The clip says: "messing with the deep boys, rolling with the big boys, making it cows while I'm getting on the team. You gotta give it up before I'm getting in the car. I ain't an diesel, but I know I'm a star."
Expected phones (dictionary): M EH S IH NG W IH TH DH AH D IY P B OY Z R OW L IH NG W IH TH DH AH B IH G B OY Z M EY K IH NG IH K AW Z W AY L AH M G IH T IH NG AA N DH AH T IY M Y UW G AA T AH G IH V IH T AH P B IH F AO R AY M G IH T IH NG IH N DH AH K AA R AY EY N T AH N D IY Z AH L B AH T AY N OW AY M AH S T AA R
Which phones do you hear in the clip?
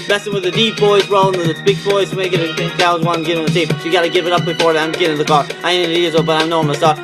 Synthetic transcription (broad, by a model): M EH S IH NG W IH DH AH D IY P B OY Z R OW IH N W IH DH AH B IH G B OY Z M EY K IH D IH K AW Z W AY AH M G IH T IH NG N DH AH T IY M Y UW G AA T AH G IH V IH T AH P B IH F AO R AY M G IH T IH NG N DH AH K AA R AY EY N AH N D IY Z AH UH B AH T AY N OW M AH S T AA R